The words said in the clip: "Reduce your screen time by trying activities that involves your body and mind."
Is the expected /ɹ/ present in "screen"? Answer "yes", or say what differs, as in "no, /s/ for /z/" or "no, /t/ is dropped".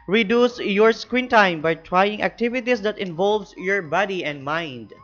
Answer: no, /w/ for /ɹ/